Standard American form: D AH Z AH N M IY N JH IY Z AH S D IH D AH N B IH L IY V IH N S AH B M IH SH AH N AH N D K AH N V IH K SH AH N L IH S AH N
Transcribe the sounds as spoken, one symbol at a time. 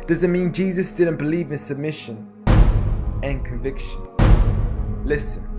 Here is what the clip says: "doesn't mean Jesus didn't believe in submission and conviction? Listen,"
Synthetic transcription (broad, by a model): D AH Z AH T M IY N JH IY Z AH S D IH D N B IH L IY V IH N S AH B M IH SH AH N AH N K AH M V IH K SH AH N L IH S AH N